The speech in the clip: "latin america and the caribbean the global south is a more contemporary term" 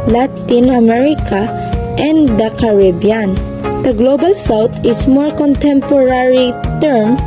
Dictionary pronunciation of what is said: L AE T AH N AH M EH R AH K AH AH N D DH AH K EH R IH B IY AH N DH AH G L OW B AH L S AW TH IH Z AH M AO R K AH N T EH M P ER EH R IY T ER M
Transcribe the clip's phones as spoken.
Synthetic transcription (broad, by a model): L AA T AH N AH M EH R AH K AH AH N D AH K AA R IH B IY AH N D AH G L OW B AH L S AW T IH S M AO R K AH N T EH M P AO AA R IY T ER M